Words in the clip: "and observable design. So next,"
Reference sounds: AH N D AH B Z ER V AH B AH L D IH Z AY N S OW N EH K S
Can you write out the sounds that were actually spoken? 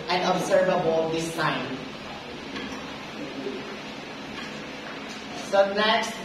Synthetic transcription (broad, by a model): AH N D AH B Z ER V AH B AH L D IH S AY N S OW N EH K S